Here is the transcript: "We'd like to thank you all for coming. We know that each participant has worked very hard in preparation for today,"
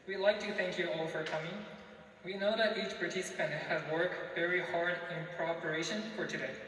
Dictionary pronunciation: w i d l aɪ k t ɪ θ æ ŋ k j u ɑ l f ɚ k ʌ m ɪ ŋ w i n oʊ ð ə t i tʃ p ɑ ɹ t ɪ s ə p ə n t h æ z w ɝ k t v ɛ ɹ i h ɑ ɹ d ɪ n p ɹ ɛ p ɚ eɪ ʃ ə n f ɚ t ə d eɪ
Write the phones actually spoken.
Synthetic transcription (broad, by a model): w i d l aɪ k t ɪ θ æ ŋ k j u ɑ l f ɚ k ʌ m ɪ ŋ w i n oʊ ð ə t i tʃ p ɑ ɹ t ɪ s ə p ə n t h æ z w ɝ k t v ɛ ɹ i h ɑ ɹ d ɪ n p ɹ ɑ p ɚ eɪ ʃ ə n f ɚ t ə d eɪ